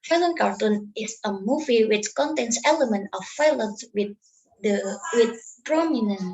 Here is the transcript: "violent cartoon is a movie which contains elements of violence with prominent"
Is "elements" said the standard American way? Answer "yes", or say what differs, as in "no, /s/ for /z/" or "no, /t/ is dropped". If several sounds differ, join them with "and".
no, /s/ is dropped